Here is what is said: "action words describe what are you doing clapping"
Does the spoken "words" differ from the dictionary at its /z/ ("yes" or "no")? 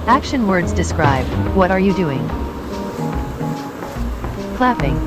no